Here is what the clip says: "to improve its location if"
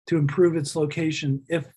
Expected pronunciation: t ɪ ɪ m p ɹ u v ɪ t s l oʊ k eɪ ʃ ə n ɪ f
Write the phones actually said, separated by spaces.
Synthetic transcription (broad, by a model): t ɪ ɪ m p ɹ u v ɪ t s l oʊ k eɪ ʃ ə n ɪ f